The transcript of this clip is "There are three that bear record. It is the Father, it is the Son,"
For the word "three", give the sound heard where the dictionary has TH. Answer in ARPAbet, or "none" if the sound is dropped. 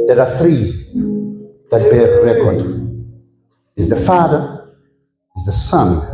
TH